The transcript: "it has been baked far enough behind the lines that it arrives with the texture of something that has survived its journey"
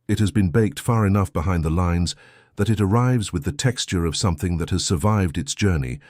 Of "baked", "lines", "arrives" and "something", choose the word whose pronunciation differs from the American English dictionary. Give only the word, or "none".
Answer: none